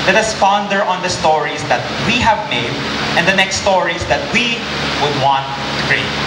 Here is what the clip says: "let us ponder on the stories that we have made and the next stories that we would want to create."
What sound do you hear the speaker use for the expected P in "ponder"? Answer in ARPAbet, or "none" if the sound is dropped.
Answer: F